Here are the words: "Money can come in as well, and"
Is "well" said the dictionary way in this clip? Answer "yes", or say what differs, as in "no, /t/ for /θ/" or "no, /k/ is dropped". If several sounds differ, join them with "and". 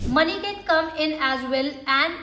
yes